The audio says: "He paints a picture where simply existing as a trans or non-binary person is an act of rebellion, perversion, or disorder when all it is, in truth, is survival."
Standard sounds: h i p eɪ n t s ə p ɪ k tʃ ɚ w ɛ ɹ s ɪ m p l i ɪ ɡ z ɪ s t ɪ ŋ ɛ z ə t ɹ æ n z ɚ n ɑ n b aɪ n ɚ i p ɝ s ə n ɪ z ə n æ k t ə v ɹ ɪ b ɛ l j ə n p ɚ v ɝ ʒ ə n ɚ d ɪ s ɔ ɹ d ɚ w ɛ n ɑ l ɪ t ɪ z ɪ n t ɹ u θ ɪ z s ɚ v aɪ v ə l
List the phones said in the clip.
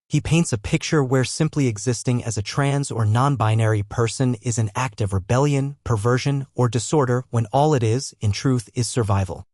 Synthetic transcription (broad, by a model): h i p eɪ n t s ə p ɪ k tʃ ɚ w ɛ ɹ s ɪ m p l i ɪ ɡ z ɪ s t ɪ ŋ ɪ z ə t ɹ æ n z ɚ n ɑ n b aɪ n ɚ i p ɝ s ə n ɪ z ə n æ k t ə v ɹ ɪ b ɛ l j ə n p ɚ v ɝ ʒ ə n ɚ d ɪ s ɔ ɹ d ɚ w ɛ n ɑ l ɪ t ɪ z ɪ n t ɹ u θ ɪ z s ɚ v aɪ v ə l